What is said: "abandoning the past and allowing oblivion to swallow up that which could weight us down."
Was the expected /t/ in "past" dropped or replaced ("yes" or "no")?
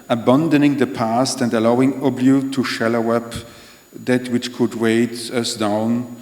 no